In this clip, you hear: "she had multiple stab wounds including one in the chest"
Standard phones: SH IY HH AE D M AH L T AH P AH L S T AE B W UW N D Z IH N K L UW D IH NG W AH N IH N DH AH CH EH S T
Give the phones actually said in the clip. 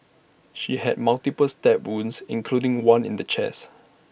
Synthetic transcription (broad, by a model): SH IY HH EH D M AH L T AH P AH L S T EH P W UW N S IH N K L UW D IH NG W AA N IH N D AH CH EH S